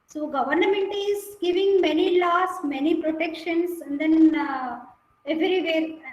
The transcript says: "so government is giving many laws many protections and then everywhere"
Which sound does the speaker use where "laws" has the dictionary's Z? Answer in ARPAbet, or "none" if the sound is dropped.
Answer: S